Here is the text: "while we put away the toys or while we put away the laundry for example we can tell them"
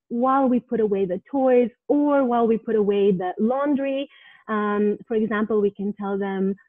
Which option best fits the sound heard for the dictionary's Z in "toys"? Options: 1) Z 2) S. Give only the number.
1